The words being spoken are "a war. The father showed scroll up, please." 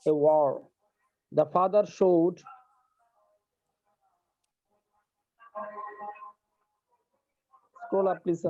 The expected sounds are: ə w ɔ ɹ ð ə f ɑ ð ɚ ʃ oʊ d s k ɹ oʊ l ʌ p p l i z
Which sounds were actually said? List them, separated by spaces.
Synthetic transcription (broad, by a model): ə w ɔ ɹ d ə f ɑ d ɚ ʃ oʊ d s k oʊ l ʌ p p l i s